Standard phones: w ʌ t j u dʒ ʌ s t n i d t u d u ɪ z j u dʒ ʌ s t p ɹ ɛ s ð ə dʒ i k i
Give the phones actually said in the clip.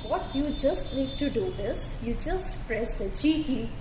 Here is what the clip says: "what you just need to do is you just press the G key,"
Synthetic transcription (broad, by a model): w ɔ t j u dʒ ʌ s t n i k t u d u ɪ z j u dʒ ʌ s t p ɹ ɛ s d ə tʃ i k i